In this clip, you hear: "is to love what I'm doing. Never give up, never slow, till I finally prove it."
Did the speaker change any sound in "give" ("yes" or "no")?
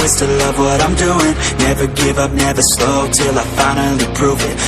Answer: no